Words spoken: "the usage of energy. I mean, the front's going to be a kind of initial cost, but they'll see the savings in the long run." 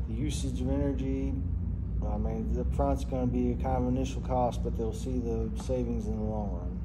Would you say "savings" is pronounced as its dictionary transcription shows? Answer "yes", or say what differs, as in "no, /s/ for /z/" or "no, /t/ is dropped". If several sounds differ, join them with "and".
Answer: yes